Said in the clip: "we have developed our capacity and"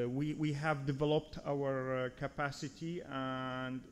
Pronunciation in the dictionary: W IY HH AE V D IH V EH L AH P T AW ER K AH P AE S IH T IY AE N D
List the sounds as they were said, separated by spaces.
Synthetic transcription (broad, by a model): W IY HH AE V D IH V EH L AH P T AW ER K AH P AE S IH T IY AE N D